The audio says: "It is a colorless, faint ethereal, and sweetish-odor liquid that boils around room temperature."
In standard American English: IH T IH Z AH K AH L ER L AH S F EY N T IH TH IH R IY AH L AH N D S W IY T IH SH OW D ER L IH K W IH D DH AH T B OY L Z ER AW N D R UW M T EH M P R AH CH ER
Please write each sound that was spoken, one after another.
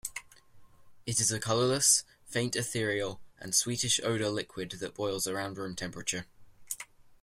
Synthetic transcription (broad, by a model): IH T IH Z AH K AH L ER L AH S F EY N T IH TH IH R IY AH L AH N S W IY T IH SH OW D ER L IH K W IH D DH AH T B OY L Z ER AW N D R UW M T EH M P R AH CH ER